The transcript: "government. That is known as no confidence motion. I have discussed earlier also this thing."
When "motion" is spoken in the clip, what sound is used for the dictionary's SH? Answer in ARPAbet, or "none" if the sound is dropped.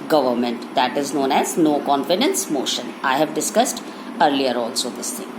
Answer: SH